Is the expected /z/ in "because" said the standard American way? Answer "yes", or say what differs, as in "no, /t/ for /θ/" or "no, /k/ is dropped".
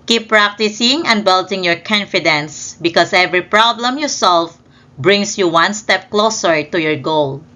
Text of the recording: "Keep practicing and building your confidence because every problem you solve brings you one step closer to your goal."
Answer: no, /s/ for /z/